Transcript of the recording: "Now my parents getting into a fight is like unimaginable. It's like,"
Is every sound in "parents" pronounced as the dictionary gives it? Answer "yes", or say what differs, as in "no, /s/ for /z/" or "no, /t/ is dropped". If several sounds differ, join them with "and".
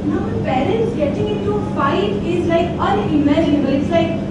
yes